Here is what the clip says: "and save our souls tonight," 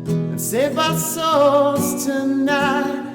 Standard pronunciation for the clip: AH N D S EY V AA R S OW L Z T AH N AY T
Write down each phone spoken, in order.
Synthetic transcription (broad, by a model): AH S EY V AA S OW Z T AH N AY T